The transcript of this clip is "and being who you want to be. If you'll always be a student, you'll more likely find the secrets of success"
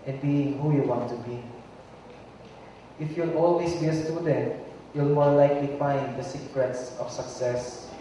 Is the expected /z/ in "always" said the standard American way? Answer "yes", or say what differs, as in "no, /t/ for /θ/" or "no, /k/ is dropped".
no, /s/ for /z/